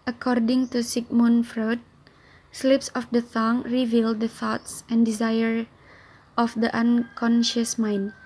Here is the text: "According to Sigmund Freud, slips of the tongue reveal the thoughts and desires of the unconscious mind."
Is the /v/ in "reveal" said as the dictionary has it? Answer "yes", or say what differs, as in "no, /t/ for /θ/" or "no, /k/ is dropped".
yes